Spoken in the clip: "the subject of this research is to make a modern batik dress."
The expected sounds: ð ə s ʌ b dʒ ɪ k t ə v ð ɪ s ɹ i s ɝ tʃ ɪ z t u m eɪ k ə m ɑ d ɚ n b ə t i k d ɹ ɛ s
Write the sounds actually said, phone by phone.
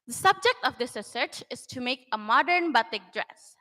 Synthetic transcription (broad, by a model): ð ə s ʌ b dʒ ɪ k t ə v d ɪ s ɹ i s ɝ tʃ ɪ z t u m eɪ k ə m ɑ d ɚ n b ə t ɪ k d ɹ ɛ s